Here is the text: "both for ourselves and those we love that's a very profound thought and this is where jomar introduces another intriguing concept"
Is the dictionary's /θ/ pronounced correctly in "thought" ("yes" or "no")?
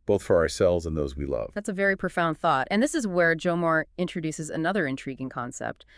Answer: yes